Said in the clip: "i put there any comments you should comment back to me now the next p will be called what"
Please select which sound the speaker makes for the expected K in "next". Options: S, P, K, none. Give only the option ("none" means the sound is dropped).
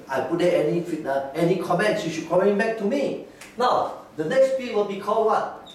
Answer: K